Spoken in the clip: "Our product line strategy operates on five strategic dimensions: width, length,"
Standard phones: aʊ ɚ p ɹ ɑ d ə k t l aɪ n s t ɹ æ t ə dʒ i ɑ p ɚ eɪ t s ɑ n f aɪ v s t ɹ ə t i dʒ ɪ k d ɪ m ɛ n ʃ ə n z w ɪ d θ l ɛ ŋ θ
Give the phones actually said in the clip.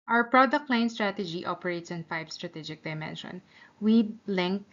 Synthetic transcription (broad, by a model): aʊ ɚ p ɹ ɑ d ə k t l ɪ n s t ɹ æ t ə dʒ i ɑ p ɚ eɪ t s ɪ n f aɪ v s t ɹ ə t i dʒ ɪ k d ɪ m ɛ n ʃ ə n w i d l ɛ ŋ